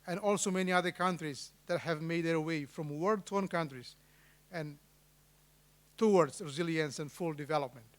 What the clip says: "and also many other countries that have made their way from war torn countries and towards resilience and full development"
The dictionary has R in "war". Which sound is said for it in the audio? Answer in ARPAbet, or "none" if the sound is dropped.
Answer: L